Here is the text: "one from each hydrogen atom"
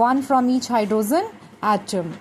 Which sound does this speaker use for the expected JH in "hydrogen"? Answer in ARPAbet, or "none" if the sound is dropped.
Z